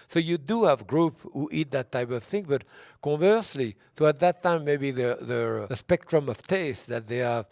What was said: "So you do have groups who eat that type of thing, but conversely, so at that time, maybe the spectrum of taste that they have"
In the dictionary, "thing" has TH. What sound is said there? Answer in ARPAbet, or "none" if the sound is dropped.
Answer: TH